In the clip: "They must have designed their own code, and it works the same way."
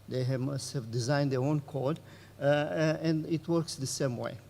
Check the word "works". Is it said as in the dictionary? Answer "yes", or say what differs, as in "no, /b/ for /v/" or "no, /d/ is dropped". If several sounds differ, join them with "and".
yes